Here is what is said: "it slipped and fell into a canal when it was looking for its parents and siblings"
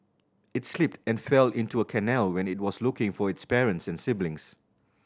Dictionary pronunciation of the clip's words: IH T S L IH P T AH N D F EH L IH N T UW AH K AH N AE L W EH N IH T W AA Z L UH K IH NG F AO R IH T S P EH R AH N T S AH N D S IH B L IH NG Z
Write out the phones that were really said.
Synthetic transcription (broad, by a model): IH T S L IH P T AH N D F EH L IH N T UW AH K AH N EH L W EH N IH T W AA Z L UH K IH NG F AO R IH T S P EH R AH N T S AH N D S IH B L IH NG S